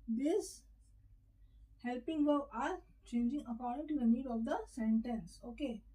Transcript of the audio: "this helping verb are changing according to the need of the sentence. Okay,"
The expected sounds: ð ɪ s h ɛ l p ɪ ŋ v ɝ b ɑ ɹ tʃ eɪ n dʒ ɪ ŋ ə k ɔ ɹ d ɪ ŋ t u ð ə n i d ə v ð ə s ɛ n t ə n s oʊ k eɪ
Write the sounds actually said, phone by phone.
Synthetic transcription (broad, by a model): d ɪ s h ɛ l p ɪ ŋ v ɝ ɑ ɹ tʃ eɪ n dʒ ɪ ŋ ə k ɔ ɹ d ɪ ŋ t u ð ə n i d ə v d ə s ɛ n t ə n s oʊ k eɪ